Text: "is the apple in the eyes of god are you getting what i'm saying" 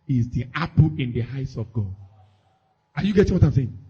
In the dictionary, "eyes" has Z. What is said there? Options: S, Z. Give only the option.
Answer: S